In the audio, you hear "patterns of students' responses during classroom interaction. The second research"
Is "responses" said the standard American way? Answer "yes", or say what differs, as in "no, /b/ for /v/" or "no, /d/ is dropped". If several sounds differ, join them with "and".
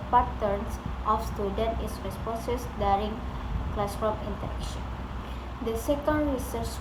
no, /n/ is dropped and /s/ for /z/